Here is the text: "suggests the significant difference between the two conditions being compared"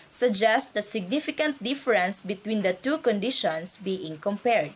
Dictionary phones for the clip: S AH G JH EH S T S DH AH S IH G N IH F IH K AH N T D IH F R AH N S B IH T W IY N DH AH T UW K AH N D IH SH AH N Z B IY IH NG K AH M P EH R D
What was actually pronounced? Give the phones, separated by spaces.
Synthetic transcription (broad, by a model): S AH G JH EH S T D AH S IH G N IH F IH K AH N T D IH F R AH N S B IH T W IY N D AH T UW K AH N D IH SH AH N S B IY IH NG K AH M P EH R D